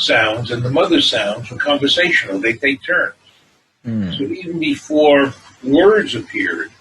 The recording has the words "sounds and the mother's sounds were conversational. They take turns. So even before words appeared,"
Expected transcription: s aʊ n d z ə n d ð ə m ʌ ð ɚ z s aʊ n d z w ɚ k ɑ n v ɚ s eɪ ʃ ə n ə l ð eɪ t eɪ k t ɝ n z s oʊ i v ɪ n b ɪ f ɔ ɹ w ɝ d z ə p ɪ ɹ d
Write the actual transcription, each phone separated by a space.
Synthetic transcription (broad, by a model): s aʊ n d z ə n ð ə m ʌ ð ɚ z s aʊ n d z w ɚ k ɑ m v ɚ s eɪ ʃ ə n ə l ð eɪ t eɪ k t ɝ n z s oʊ i v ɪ n b ɪ f ɔ ɹ w ɝ d z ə p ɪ ɹ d